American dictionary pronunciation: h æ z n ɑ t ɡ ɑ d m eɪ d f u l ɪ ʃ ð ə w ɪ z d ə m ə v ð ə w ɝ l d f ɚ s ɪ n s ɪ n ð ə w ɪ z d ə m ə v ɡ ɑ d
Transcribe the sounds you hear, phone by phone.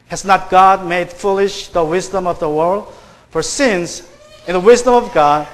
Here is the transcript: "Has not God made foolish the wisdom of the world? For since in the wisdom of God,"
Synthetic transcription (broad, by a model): h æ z n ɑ t ɡ ɑ d m eɪ d f u l ɪ ʃ ð ə w ɪ z d ə m ə v ð ə w ɝ l d f ɚ s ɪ n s ɪ n ð ə w ɪ z d ə m ə v ɡ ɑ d